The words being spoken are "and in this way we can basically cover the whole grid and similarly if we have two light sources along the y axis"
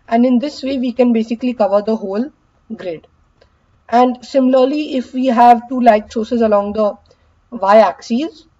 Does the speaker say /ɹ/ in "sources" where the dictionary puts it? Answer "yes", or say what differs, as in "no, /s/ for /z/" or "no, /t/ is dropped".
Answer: yes